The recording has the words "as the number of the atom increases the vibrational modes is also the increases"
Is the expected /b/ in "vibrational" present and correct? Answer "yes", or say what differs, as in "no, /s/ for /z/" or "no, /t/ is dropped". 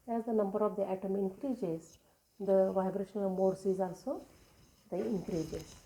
yes